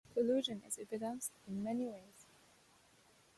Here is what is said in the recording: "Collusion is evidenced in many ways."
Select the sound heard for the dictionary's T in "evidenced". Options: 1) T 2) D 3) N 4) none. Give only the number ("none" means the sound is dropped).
4